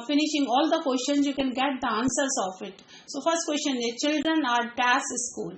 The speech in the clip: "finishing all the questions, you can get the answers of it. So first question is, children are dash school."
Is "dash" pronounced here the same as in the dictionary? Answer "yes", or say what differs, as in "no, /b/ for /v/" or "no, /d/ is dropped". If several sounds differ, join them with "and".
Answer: no, /s/ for /ʃ/